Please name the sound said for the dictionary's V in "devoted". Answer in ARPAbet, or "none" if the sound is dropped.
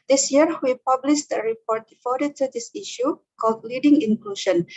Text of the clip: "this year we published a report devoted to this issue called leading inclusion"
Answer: F